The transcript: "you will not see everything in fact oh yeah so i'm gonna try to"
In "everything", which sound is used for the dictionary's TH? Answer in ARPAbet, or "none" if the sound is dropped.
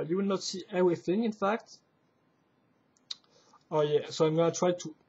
TH